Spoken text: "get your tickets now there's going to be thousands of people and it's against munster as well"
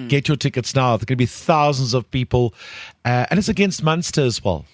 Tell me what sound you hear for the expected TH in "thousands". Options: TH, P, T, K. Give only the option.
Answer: TH